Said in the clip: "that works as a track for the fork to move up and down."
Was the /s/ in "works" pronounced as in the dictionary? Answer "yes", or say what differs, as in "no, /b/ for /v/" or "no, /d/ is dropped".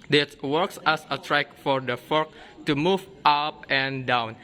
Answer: yes